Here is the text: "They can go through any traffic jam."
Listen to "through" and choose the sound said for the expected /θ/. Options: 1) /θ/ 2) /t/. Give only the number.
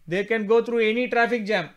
2